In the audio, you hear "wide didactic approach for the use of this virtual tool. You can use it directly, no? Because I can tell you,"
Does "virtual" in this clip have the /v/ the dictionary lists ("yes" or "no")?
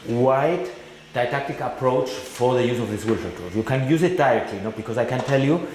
no